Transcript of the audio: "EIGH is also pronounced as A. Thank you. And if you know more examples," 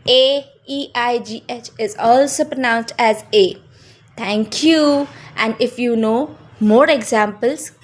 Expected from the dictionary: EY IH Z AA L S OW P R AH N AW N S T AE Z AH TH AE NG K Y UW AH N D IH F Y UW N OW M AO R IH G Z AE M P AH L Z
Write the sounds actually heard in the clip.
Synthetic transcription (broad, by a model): EY IH Z AA L S OW P R AH N AW N S T AE Z AH T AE NG K Y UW AH N D IH F Y UW N OW M AO R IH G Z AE M P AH L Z